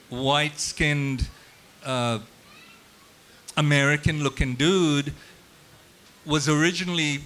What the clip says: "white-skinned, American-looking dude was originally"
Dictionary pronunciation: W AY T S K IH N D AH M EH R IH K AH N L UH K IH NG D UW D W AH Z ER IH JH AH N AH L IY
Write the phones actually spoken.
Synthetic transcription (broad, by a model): W AY T S K IH N D AH M EH R IH K AH N L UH K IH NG D UW D W AH Z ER IH JH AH N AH L IY